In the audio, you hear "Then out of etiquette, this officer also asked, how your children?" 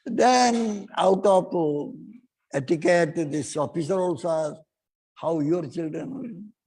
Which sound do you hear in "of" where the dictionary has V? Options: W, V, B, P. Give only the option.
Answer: P